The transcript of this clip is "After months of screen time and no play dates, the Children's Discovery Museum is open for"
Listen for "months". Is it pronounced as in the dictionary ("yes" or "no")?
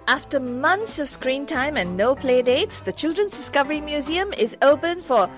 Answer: yes